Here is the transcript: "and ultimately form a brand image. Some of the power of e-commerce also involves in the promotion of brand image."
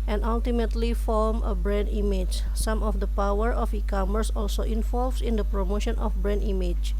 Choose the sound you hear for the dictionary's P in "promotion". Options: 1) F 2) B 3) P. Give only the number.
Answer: 3